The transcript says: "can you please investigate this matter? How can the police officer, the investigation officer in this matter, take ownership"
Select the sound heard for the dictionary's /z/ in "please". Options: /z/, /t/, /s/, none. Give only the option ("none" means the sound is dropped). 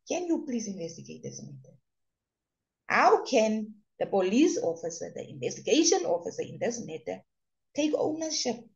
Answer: /s/